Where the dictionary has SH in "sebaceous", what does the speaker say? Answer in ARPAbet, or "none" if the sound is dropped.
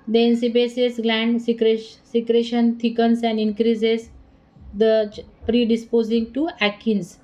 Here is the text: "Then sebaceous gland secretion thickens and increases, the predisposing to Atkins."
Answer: S